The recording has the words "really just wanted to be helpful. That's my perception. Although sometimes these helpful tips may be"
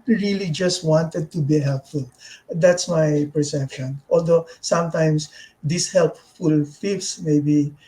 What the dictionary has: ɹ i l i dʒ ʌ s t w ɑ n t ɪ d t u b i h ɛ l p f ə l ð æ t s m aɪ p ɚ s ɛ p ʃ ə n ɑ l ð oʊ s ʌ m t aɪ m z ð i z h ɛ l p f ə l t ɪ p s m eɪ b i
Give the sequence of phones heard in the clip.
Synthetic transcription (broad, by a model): ɹ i l i dʒ ʌ s t w ɑ n t ɪ d t u b i h ɛ l p f ə l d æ t s m aɪ p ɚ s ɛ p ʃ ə n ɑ l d oʊ s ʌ m t aɪ m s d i s h ɛ l p f ə l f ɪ f s m eɪ b i